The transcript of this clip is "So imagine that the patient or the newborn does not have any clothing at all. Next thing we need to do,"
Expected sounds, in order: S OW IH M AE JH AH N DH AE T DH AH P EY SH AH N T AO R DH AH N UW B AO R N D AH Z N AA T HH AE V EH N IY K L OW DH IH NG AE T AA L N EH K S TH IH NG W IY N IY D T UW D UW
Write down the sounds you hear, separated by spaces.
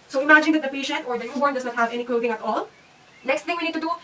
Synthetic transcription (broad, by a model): S OW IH M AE JH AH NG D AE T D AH P EY SH AH N T AO R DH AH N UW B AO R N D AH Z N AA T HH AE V EH N IY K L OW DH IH NG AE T AA L N EH K S T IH NG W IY N IY D T UW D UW